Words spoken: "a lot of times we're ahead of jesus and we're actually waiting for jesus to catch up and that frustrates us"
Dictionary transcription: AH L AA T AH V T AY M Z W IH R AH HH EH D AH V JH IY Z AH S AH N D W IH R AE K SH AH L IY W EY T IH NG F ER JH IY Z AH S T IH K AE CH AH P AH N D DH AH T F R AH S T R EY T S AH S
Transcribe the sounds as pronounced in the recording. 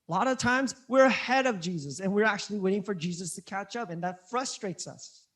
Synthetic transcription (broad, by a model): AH L AA T AH V T AY M Z W IH R AH HH EH D AH V JH IY Z AH S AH N W IH R AE K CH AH L IY W EY T IH NG F ER JH IY Z AH S T IH K AE CH AH P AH N DH AH T F R AH S T R EY T S AH S